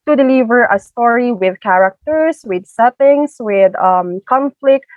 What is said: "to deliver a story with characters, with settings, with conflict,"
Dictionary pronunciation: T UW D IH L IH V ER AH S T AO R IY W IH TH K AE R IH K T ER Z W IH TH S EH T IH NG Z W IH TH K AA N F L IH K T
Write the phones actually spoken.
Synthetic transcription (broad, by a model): T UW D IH L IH V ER AH S T AO R IY W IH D K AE R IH K T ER S W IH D S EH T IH NG S W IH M K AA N F L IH K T